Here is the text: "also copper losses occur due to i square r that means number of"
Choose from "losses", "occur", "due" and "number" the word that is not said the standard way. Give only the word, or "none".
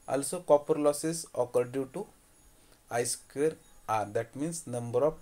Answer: losses